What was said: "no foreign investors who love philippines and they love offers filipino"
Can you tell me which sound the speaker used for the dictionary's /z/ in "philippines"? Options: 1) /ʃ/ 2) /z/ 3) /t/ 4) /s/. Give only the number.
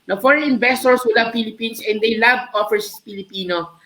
4